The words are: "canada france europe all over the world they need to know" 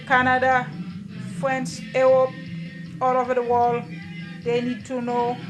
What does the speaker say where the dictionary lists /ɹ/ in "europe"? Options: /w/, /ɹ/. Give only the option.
/w/